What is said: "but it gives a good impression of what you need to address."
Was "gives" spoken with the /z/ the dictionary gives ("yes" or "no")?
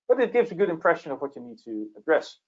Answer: yes